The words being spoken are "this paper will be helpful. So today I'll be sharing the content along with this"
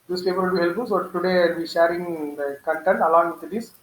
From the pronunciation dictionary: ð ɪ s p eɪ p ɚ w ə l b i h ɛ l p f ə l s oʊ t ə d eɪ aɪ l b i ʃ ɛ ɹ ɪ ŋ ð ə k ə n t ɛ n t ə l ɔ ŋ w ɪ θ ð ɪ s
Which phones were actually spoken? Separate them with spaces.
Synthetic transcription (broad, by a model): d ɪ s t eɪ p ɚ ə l b i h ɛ l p ə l s oʊ t ə d eɪ aɪ l b i ʃ ɛ ɹ ɪ ŋ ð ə k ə n t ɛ n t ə l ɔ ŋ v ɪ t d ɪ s